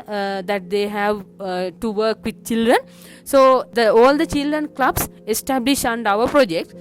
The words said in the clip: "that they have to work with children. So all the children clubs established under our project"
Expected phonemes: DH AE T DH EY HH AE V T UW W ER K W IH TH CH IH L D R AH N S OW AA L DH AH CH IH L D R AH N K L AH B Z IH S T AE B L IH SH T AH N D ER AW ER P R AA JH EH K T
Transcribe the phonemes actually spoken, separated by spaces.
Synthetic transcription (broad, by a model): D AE T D EY HH AE V T UW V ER K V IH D CH IH L D R AH N S OW AA L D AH CH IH L D R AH N K L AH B S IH S T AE B L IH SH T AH N D AW ER P R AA JH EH K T